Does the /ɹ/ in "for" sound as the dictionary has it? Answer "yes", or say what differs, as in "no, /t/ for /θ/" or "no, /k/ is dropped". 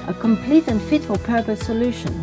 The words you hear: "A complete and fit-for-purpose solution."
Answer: no, /l/ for /ɹ/